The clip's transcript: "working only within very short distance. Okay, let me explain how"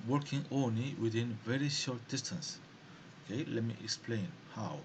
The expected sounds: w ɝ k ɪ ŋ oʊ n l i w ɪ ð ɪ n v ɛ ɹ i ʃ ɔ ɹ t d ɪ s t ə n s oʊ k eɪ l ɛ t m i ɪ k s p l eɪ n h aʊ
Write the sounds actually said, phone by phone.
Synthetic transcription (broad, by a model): w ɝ k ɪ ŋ oʊ n l i w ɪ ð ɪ n v ɛ ɹ i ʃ ɔ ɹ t d ɪ s t ə n s oʊ k eɪ l ɛ t m i ɪ k s p l eɪ n h aʊ